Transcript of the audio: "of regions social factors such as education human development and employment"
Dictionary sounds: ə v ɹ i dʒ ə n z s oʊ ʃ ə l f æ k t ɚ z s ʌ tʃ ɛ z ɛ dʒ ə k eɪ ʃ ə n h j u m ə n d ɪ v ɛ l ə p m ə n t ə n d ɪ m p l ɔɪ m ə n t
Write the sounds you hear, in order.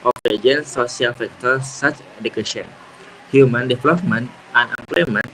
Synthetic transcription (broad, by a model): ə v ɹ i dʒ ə n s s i ə l f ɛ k t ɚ s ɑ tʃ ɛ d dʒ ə k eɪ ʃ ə n h j u m ə n d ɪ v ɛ l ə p m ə n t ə n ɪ m p l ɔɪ m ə n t